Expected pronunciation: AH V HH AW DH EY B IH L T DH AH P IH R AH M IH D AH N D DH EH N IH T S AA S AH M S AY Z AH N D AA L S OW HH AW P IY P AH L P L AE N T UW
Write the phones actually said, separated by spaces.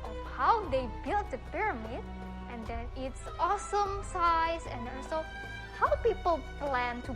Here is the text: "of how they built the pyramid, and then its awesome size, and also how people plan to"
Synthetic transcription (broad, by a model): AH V HH AW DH EY B IH L T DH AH P IH R AH M IH D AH N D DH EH N IH T S AA S AH M S AY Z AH N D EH N S OW HH AW P IY P AH L P L AE N T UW